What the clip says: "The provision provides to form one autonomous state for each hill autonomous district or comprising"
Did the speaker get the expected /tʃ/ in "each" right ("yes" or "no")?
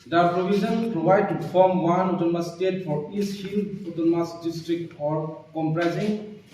no